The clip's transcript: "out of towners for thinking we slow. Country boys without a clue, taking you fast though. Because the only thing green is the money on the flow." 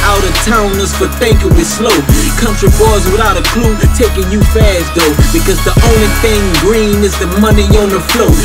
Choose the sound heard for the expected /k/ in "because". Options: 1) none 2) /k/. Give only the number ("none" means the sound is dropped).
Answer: 2